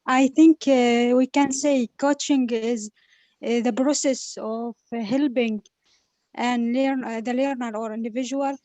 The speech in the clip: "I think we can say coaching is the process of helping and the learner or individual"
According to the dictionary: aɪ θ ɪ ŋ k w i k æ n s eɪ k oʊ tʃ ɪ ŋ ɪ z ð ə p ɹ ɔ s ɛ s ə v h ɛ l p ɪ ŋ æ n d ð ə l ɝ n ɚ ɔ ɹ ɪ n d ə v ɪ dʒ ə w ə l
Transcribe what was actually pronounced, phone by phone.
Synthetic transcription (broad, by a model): aɪ θ ɪ ŋ k w i k æ n s eɪ k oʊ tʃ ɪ ŋ ɪ z ð ə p ɹ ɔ s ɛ s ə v h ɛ l b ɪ ŋ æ n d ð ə l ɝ n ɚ ɔ ɹ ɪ n d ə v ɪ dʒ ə w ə l